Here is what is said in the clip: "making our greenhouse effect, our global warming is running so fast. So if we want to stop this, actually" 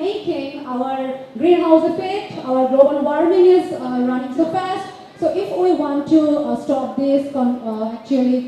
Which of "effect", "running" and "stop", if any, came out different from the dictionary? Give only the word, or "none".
effect